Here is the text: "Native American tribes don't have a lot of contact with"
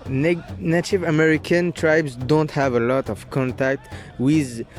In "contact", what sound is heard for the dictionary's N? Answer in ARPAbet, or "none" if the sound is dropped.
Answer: N